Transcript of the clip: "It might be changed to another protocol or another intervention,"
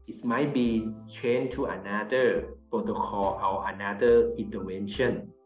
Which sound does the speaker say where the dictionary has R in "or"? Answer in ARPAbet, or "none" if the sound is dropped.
W